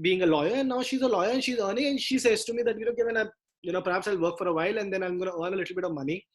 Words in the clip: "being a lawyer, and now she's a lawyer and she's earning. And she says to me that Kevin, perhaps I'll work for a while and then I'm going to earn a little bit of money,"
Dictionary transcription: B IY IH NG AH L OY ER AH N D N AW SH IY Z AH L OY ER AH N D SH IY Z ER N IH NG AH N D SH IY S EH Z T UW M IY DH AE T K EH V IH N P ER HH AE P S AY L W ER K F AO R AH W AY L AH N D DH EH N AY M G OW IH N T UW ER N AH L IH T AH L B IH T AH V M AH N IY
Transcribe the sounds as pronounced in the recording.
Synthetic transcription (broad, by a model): B IY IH NG AH L OY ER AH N N AW SH IY Z AH L OY ER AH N SH IY Z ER N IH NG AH N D SH IY S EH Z T UW M IY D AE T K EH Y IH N P ER HH AE P S AY L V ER K F AO R AH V AY L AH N D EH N AY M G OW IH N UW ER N AH L IH T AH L B IH T AH V M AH N IY